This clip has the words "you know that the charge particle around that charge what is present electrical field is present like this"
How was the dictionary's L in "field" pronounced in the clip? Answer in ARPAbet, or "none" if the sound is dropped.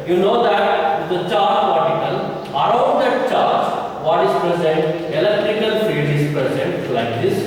none